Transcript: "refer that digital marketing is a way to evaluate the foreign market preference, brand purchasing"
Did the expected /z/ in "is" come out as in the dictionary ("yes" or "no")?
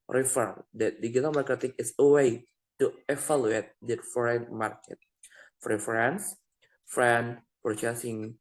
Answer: no